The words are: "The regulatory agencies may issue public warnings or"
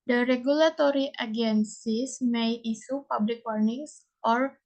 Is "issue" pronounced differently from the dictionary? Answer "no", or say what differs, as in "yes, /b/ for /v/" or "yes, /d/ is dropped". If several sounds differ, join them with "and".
yes, /s/ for /ʃ/